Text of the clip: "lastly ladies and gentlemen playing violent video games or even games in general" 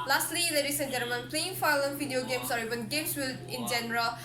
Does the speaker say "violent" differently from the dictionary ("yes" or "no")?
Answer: yes